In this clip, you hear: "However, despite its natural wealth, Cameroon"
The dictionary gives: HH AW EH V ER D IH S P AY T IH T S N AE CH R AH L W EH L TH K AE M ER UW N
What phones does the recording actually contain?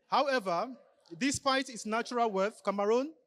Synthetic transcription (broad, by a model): HH AW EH V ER D IH S P AY T IH T S N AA CH R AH L W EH TH K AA M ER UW N